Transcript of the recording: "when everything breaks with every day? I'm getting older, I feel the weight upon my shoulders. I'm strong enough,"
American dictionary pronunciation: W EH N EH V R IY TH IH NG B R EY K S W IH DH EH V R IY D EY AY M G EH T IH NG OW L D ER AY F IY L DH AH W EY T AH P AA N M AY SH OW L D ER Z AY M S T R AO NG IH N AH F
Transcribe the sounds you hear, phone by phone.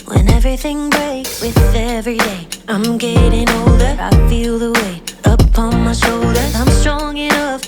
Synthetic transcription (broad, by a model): W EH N EH V R IY TH IH NG B R EY K S W IH DH EH V R IY D EY AY M G EH T IH NG OW L D ER AY F IY L DH AH W EY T AH P AA N M AY SH OW L D ER Z AY M S T R AO NG IH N AH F